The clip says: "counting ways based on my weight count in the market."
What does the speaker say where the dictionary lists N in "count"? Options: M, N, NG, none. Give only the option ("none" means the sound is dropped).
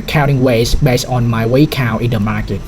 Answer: none